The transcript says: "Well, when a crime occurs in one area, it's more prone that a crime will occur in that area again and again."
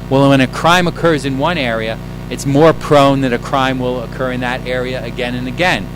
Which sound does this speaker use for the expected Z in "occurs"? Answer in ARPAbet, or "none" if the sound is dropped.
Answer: Z